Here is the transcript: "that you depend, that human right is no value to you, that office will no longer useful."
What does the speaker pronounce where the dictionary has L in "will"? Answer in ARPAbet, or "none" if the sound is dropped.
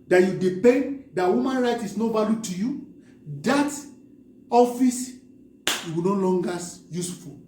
W